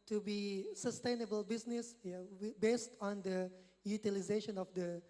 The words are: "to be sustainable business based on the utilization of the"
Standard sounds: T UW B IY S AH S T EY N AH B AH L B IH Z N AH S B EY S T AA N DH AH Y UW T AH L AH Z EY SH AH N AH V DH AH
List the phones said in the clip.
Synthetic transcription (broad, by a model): T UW B IY S AH S T EY N AH B AH L B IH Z N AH S B EY S T AA N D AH Y UW T AH L AH Z EY SH AH N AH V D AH